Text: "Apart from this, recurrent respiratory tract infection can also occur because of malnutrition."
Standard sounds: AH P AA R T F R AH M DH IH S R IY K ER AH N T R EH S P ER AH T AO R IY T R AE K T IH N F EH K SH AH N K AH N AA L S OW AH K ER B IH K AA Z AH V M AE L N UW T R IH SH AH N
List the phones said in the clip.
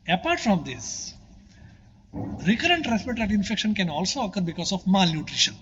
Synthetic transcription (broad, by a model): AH P AA R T F R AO M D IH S R IY K ER AH N T R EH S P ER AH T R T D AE T IH N F EH K SH AH N K AH N AA L S OW AH K ER B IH K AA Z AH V M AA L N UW T R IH SH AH N